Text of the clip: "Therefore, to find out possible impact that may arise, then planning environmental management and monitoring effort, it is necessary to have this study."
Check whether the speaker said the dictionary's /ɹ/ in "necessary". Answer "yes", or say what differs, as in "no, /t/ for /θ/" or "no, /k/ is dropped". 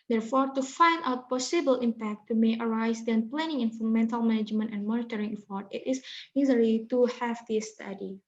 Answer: no, /ɹ/ is dropped